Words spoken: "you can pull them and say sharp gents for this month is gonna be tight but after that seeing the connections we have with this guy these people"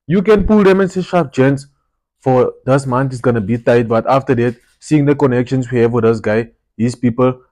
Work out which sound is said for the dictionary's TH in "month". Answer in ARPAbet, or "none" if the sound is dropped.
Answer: T